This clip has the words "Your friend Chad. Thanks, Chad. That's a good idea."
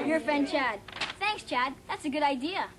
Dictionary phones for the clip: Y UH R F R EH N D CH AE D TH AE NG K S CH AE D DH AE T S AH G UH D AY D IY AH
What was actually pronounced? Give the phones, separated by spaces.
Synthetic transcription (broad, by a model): Y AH R F R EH N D CH AE D TH AE NG K S CH AE D DH AE T S AH G UH D AY D IY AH